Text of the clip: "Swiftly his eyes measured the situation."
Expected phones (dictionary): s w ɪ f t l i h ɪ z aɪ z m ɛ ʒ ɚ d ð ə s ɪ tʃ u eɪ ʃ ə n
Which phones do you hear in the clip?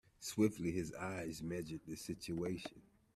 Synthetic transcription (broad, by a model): s w ɪ f t l i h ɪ z aɪ z m ɛ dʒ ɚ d ð ə s ɪ tʃ u eɪ ʃ ə n